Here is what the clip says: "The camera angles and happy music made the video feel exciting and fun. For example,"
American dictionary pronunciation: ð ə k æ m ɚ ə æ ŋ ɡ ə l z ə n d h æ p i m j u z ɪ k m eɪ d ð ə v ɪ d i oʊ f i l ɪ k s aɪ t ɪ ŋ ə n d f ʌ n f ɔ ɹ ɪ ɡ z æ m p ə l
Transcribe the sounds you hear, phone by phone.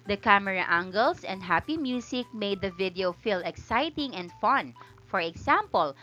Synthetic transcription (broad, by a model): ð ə k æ m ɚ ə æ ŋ ɡ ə l s ə n d h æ p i m j u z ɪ k m eɪ d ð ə v ɪ d i oʊ f i l ɪ k s aɪ t ɪ ŋ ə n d f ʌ n f ɔ ɹ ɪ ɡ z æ m p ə l